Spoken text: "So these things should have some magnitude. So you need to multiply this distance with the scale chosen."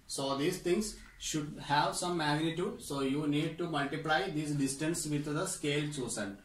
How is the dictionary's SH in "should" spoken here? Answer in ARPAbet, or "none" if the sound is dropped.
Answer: SH